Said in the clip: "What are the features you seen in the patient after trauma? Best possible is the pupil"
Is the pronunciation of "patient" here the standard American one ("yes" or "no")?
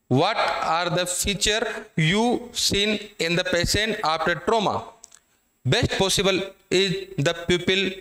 no